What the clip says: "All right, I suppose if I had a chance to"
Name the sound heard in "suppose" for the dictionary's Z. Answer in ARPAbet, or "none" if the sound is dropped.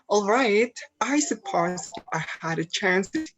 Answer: none